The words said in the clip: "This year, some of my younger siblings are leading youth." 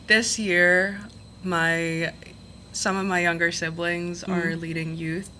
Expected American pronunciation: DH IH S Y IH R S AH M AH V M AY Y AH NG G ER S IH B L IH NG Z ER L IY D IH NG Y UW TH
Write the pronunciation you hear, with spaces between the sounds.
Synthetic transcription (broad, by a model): DH IH S Y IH R S AH M AH V M AY Y AH NG G ER S IH B L IH NG Z ER L IY D IH NG Y UW TH